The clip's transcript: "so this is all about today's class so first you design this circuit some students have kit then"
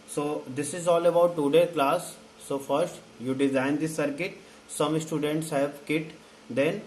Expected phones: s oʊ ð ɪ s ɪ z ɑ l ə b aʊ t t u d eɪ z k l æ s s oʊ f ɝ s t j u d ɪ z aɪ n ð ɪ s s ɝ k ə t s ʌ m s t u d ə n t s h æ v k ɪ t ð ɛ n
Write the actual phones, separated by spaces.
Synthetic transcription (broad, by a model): s oʊ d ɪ s ɪ z ɑ l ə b aʊ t t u d eɪ k l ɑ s s oʊ f ɝ s t j u d ɪ z aɪ n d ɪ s s ɝ k ə t s ʌ m s t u d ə n t s h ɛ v k ɪ t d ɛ n